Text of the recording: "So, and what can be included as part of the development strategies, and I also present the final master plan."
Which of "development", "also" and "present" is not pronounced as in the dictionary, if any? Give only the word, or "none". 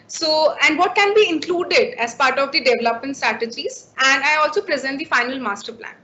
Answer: none